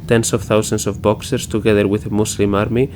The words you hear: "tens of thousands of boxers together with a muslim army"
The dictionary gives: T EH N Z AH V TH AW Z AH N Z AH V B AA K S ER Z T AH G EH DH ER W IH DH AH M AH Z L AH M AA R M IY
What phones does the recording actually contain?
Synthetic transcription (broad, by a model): T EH N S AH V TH AW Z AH N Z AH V B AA K S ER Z T AH G EH DH ER W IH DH AH M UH S L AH M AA R M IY